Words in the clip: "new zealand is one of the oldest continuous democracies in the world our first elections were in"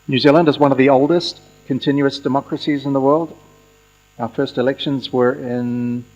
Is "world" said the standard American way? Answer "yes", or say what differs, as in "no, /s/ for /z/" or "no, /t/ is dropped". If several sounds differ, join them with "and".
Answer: yes